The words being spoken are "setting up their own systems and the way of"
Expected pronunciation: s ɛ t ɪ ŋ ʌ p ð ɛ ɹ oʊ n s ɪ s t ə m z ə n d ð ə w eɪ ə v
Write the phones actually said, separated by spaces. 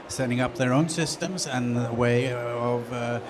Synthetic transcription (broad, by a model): s ɛ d ɪ ŋ ʌ p ð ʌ ɹ oʊ n s ɪ s t ə m z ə n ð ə w eɪ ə v